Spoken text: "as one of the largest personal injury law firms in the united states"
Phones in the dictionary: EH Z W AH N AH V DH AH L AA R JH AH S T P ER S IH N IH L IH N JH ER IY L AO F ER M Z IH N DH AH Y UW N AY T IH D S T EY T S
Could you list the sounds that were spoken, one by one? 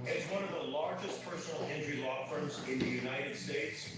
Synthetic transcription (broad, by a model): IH Z W AH N AH V DH AH L AA R JH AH S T P ER S N L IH N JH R IY L AO F ER M Z IH N DH AH Y UW N AY T IH D S T EY T S